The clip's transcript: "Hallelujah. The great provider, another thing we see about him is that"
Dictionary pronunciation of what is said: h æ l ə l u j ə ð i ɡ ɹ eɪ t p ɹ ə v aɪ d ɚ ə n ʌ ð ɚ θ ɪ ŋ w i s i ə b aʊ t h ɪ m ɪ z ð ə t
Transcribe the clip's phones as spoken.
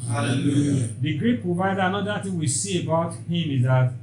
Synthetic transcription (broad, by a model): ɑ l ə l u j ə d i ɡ ɹ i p ɹ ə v aɪ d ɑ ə n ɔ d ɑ t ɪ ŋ w i s i ə b aʊ t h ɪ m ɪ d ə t